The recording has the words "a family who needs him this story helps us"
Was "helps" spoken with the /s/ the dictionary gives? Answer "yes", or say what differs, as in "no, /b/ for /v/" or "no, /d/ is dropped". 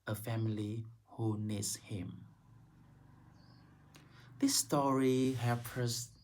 no, /s/ is dropped